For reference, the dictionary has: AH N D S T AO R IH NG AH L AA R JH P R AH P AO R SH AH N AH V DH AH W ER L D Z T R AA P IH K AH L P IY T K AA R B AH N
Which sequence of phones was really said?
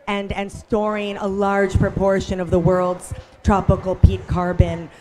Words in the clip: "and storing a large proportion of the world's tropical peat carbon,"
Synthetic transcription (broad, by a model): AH N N S T AO R IH NG AH L AA R JH P R AH P AO R SH AH N AH V DH AH W ER L D Z T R AA P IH K L P IY T K AA R B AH N